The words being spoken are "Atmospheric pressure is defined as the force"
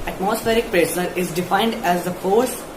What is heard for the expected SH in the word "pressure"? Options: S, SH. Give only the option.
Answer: S